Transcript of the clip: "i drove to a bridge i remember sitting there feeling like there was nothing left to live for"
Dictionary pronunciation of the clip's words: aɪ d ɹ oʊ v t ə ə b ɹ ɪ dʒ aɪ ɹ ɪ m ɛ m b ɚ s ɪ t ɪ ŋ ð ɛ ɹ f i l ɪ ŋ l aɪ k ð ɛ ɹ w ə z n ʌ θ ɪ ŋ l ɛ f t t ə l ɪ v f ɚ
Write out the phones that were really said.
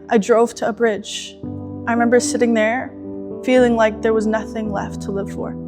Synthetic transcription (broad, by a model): aɪ d ɹ oʊ v t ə ə b ɹ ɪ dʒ aɪ ɹ ɪ m ɛ m b ɚ s ɪ t ɪ ŋ ð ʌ ɹ f i l ɪ ŋ l aɪ k ð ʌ ɹ w ə z n ʌ θ ɪ ŋ l ɛ f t t ə l ɪ v f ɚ